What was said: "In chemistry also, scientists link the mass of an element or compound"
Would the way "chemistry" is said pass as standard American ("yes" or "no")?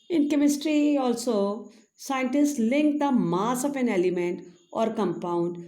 yes